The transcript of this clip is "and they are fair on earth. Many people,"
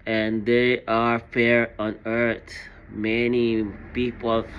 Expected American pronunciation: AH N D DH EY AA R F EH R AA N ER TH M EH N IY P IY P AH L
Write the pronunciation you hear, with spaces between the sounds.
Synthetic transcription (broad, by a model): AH N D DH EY AA R F EH R AA N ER T M EH N IY P IY P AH L